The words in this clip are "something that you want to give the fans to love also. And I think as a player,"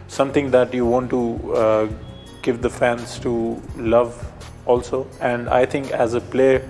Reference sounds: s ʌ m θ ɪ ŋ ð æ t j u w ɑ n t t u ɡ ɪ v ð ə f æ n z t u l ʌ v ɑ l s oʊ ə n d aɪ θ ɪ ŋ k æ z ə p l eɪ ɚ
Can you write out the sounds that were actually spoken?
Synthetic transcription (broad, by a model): s ʌ m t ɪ ŋ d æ t j u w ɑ n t t u ɡ ɪ v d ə f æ n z t u l ʌ v ɑ l s oʊ ə n d aɪ t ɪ ŋ k æ z ə p l eɪ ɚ